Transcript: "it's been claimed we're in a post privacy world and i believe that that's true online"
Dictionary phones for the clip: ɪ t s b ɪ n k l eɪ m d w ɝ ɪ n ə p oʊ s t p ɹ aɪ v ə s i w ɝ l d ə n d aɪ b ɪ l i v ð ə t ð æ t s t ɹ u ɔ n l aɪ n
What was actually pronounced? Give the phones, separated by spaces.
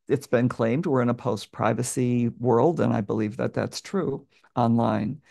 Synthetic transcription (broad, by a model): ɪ t s b ɪ n k l eɪ m d w ɝ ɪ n ə p oʊ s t p ɹ aɪ v ə s i w ɝ l d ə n aɪ b ɪ l i v ð ə t ð æ t s t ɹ u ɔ n l aɪ n